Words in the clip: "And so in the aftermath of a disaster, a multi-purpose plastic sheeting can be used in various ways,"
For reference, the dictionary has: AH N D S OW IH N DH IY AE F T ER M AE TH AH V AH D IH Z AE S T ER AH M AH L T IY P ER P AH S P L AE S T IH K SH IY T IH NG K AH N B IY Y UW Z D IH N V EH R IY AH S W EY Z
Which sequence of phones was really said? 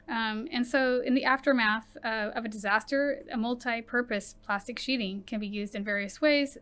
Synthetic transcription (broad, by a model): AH N S OW IH N DH IY AE F T ER M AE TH AH V AH D IH Z AE S T ER AH M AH L T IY P ER P AH S P L AE S T IH K SH IY T IH NG K AH N B IY Y UW Z D IH N V EH R IY AH S W EY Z